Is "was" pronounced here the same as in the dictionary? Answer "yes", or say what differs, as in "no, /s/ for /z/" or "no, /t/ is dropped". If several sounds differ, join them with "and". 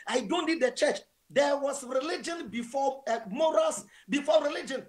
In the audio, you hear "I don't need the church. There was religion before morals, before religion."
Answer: no, /s/ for /z/